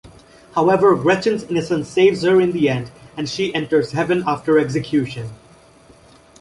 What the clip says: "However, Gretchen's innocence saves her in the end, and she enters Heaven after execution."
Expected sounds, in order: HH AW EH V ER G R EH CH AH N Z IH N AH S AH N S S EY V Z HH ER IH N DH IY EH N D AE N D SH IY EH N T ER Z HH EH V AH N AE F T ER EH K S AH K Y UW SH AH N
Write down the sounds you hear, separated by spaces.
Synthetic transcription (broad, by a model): HH AW EH V ER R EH CH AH N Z IH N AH S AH N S S EY V Z HH ER IH N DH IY EH N D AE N D SH IY EH N T ER Z HH EH V AH N AE F T ER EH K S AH K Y UW SH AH N